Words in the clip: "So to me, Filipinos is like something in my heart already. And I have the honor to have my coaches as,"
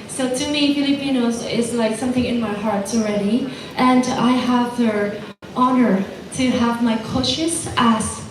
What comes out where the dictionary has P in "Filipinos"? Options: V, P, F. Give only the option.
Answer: P